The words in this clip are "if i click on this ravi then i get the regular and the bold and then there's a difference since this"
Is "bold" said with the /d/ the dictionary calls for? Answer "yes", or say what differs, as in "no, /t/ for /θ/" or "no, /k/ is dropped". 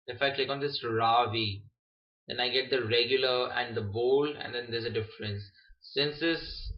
no, /d/ is dropped